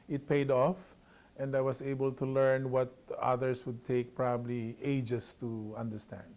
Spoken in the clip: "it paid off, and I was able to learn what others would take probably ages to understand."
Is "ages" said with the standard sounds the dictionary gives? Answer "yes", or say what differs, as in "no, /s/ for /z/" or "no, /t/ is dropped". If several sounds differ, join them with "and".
no, /s/ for /z/